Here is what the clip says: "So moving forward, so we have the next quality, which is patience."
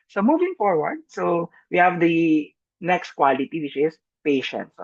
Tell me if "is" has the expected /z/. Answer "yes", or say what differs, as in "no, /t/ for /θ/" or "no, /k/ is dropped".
no, /s/ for /z/